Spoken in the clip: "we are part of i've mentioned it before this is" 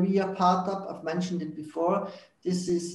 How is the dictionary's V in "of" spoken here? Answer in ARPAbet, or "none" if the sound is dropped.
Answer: P